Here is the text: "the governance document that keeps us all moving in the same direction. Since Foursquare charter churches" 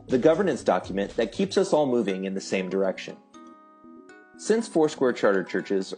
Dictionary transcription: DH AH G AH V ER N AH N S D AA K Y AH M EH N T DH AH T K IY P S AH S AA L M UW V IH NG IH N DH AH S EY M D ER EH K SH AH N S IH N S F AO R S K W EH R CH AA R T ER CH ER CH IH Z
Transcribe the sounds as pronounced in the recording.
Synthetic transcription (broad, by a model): DH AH G AH V ER N AH N S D AA K Y M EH N DH AH T K IY P S AH S AA L M UW V IH NG IH N DH AH S EY M D ER EH K SH AH N S IH N S F AO R S K W EH R CH AA R T ER CH ER CH IH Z